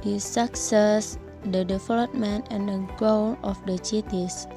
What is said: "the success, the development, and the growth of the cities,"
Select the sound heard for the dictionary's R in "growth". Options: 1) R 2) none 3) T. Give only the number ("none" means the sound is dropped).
2